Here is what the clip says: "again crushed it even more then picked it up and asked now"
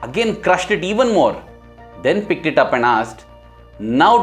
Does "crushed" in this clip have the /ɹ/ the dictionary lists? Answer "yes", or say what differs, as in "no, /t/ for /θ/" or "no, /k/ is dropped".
yes